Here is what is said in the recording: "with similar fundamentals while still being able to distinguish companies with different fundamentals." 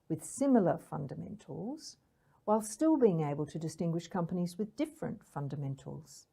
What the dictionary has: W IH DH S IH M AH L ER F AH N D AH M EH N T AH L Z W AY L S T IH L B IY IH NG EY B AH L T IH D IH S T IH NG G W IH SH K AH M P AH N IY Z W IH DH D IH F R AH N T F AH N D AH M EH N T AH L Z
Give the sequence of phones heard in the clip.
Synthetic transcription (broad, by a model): W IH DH S IH M L ER F AH N D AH M EH N T L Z W AY L S T IH L B IY IH NG EY B AH L T IH D IH S T IH NG G W IH SH K AH M P AH N IY Z W IH DH D IH F R AH N T F AH N D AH M EH N T L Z